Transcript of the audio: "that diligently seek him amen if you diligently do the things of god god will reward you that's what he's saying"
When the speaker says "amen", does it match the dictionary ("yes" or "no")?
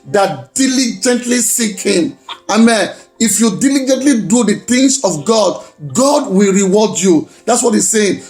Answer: yes